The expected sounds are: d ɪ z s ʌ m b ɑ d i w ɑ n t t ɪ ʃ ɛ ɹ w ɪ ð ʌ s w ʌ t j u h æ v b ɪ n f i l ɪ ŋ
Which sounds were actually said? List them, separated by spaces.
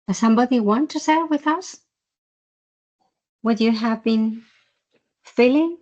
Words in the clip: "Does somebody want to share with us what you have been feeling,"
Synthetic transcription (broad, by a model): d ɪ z s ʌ m b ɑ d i w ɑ n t t ɪ s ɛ w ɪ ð ʌ s w ʌ t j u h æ v b ɪ n f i l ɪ ŋ